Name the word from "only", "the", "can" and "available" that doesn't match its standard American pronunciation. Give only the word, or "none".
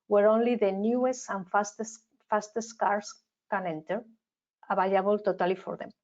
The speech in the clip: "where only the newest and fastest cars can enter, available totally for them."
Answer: available